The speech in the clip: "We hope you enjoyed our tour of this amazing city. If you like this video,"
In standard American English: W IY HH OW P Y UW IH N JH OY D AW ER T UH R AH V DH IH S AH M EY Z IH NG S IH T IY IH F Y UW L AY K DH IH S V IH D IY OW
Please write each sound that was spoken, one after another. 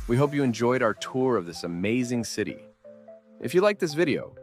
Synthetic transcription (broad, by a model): W IY HH OW P Y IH IH N JH OY D AW ER T UH R AH V DH IH S AH M EY Z IH NG S IH T IY IH F Y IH L AY K DH IH S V IH D IY OW